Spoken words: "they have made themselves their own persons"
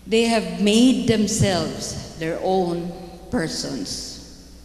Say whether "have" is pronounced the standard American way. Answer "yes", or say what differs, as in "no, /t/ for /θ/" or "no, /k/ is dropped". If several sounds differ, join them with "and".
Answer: yes